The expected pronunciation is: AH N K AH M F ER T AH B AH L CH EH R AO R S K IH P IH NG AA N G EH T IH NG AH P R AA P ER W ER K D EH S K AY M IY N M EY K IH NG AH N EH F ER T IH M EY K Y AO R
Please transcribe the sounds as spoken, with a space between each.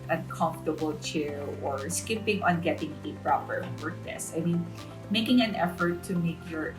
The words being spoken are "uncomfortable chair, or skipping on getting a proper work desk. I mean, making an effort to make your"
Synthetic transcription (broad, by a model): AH N K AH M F T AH B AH L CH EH R AO R S K IH P IH NG AA N G EH T IH NG AH P R AA P ER W ER K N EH S AY M IY N M EY K IH NG AH N EH F ER T IH M EY K Y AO R